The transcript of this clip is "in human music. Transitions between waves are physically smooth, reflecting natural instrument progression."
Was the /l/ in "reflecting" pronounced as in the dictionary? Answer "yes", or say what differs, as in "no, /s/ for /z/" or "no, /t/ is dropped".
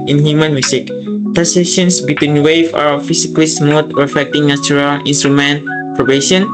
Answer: no, /l/ is dropped